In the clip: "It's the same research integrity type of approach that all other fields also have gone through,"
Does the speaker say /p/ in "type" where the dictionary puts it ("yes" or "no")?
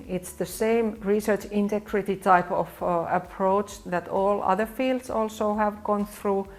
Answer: yes